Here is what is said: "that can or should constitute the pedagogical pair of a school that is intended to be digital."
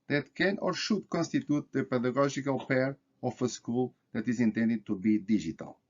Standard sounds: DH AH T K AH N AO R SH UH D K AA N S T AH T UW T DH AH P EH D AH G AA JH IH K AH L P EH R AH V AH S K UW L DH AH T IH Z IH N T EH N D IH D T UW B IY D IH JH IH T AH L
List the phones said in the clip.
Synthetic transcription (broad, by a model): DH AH T K AH N AO R SH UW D K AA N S T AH T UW T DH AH P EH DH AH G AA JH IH K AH L P EH R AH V AH S K UW L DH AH T IH Z IH N T EH N D IH D T UW B IY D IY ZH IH T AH L